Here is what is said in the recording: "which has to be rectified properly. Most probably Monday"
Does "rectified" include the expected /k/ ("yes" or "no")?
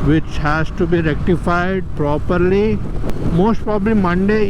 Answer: yes